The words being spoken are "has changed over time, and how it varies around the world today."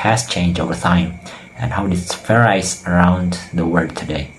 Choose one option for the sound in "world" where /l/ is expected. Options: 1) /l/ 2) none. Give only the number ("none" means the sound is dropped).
2